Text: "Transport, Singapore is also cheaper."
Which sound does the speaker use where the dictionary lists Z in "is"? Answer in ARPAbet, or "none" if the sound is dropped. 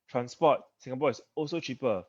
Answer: S